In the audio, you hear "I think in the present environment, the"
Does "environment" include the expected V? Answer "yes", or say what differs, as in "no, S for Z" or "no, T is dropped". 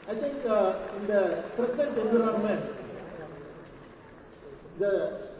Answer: no, V is dropped